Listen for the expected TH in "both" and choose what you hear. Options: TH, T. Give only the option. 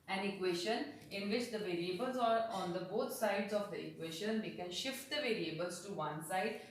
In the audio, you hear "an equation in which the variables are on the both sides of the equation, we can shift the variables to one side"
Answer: T